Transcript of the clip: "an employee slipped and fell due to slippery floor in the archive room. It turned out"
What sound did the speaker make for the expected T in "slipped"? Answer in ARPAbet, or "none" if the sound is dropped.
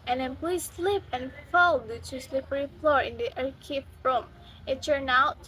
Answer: none